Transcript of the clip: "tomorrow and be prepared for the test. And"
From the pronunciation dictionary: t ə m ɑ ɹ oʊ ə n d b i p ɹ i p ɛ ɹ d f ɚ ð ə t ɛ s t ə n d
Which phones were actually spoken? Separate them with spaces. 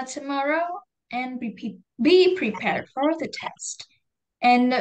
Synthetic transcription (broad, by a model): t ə m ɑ ɹ oʊ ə n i b i p ɹ i p ɛ ɹ d f ɚ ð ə t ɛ s t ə n